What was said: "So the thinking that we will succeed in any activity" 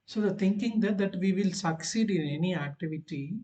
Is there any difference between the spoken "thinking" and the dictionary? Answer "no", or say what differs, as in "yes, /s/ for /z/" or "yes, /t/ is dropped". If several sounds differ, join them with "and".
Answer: yes, /t/ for /θ/